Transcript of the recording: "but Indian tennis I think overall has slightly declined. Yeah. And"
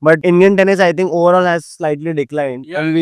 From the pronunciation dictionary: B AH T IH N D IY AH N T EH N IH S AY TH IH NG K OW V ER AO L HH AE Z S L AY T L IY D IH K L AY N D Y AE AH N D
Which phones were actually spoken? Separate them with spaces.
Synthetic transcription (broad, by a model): B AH T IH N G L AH N T EH N IH S AY T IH NG K OW V ER AO L HH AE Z S L AY T L IY D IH K L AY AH N D